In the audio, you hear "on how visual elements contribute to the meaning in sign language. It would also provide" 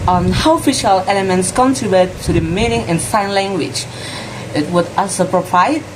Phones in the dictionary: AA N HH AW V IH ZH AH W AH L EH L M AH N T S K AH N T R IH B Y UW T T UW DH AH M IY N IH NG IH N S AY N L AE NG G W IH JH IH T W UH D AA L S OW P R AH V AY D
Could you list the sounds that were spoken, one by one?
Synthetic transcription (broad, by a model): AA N HH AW F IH SH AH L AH L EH M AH N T S K AH N T R IH B Y UW T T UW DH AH M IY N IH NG IH N S AY N L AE NG G W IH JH IH T W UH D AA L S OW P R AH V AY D